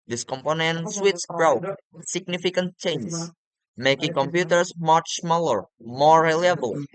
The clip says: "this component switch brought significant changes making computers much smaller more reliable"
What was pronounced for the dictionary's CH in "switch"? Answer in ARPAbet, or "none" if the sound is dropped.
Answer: S